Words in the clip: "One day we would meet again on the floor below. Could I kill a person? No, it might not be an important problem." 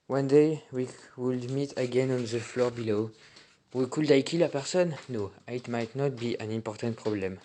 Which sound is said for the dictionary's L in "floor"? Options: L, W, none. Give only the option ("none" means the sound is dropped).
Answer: L